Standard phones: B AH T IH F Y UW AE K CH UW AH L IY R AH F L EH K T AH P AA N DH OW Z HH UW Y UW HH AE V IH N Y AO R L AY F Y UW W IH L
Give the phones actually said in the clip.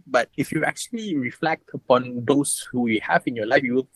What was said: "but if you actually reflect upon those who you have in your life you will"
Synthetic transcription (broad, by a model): B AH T IH F Y UW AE K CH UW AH L IY R AH F L EH K T AH P AA N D OW S HH UW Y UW HH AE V IH N Y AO L AY F Y UW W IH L